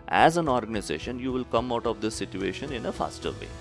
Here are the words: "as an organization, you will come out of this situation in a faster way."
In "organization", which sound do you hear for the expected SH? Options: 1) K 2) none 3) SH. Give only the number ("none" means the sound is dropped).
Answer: 3